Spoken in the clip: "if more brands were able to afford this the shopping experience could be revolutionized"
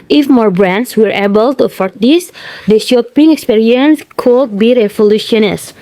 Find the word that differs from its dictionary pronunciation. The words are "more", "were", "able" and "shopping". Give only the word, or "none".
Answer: none